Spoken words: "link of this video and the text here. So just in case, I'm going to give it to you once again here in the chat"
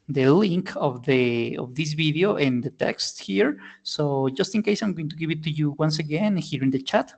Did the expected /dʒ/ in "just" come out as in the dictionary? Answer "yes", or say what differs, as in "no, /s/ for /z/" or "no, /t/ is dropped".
yes